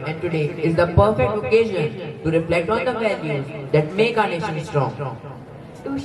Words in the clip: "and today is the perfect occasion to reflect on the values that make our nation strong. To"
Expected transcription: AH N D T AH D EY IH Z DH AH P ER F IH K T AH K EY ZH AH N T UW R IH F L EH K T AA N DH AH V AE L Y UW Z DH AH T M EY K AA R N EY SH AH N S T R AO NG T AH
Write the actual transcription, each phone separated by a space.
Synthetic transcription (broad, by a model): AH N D T AH D EY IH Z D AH P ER F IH K T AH K EY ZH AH N T UW R IH F L EH K T AA N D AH V AE L Y UW Z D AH T M EY K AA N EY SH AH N S T R AO NG